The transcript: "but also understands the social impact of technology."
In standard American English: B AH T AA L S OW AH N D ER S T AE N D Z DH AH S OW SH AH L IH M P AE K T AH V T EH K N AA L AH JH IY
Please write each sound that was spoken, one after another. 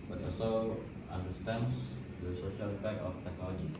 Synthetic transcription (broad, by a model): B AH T AA L S OW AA N D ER S T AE N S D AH S OW SH AH L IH P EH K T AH F T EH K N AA L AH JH IY